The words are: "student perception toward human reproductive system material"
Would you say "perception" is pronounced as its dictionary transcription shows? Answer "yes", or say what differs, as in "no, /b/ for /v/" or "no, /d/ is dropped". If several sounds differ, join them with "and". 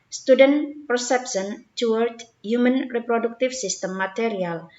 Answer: no, /s/ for /ʃ/